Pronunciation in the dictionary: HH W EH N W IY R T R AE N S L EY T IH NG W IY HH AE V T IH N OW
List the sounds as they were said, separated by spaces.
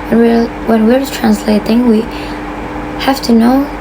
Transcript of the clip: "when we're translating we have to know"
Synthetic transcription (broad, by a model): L W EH N W IY R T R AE N S L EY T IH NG W IY HH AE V T IH N OW